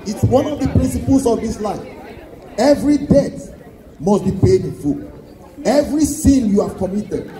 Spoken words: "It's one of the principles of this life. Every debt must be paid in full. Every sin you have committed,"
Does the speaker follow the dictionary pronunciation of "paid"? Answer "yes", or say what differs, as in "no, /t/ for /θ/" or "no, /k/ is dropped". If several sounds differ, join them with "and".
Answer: yes